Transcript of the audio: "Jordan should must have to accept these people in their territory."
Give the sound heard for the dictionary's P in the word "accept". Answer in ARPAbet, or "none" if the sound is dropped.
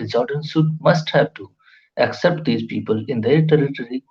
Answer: P